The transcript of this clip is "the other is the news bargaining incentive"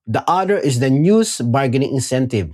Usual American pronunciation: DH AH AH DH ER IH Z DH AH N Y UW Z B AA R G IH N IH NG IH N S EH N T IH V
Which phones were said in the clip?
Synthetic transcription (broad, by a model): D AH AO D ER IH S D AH N Y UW S B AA R G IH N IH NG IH N S EH N T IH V